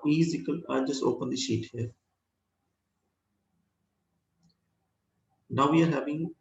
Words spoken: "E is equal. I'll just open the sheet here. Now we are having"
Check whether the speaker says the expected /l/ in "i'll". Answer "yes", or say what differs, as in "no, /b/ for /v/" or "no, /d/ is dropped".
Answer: no, /n/ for /l/